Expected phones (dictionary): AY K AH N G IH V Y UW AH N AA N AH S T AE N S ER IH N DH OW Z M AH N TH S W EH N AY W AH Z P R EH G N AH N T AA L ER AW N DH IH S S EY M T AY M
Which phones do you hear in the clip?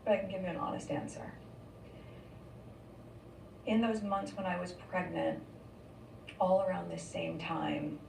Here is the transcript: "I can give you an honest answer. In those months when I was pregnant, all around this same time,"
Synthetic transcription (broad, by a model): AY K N G IH V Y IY AH N AA N AH S T AE N S ER IH N DH OW Z M AH N TH S W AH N AY W AH Z P R EH G N AH N T AA L ER AW N DH IH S S EY M T AY M